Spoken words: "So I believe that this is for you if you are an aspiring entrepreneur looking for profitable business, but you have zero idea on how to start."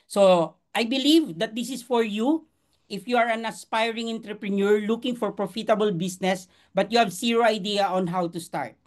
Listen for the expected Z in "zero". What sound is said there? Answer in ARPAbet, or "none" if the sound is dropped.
S